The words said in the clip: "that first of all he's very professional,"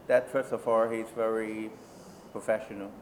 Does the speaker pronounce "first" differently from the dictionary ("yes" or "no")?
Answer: yes